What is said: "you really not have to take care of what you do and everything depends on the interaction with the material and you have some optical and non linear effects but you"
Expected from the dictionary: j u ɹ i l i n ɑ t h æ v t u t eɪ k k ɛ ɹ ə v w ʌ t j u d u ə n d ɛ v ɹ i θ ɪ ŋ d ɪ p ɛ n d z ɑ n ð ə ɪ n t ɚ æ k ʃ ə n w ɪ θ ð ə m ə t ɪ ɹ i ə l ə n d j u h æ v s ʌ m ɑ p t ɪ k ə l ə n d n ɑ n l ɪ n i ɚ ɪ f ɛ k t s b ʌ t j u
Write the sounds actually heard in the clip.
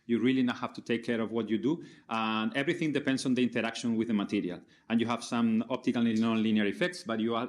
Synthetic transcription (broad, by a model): j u ɹ i l i n ɑ t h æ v t u t eɪ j k ɛ ɹ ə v w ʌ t j u d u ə n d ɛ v ɹ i θ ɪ ŋ d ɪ p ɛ n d s ɑ n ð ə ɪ n t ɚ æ k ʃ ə n w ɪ ð ə m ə t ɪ ɹ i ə l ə n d j u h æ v s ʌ m ɑ p t ɪ k ə l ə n n ɑ n l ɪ n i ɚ ɪ f ɛ k t s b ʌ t j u